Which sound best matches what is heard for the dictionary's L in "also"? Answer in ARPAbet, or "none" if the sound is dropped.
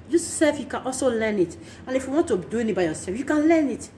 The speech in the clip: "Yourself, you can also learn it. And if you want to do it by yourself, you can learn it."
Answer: L